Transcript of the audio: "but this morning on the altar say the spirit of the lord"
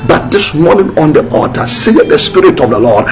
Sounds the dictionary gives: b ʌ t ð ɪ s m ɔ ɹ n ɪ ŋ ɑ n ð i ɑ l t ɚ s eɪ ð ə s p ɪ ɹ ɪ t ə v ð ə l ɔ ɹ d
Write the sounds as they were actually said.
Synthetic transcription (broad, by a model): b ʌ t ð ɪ s m ɔ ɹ n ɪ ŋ ɑ n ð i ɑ t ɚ s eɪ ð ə s p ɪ ɹ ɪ t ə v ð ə l ɔ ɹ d